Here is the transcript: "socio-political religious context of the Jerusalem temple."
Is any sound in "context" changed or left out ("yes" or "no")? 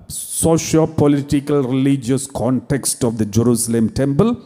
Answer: no